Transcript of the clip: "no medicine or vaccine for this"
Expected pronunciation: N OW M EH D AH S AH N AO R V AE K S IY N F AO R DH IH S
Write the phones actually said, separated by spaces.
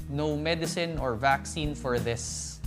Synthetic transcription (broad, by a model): N OW M EH D AH S AH N AO R V AE K S IY N F AO R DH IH S